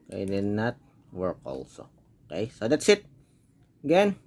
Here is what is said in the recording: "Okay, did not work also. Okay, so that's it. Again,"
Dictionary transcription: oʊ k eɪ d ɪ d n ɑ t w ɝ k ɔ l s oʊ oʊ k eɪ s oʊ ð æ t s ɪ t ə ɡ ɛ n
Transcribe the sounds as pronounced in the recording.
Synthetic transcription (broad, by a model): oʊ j d ɪ d n ɑ t w ɝ k ɔ l s oʊ oʊ k eɪ s oʊ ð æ t s ɪ t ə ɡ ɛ n